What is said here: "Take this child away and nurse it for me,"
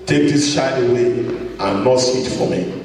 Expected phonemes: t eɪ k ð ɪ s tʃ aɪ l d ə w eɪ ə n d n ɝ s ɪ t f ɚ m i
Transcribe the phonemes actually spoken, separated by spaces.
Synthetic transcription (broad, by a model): t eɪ k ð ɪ s ʃ aɪ d ə w eɪ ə n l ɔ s ɪ t f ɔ m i